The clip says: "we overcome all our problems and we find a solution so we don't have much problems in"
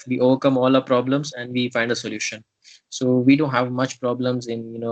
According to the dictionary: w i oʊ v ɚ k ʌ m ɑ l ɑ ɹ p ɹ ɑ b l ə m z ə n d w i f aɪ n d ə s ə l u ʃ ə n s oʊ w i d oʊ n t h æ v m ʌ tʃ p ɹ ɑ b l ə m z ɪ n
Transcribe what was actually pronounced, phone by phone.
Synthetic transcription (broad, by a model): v i oʊ v ɚ k ʌ m ɑ l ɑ p ɹ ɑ b l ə m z ə n d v i f aɪ n d ə s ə l u ʃ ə n s oʊ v i d oʊ n t h æ v m ʌ tʃ p ɹ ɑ b l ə m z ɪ n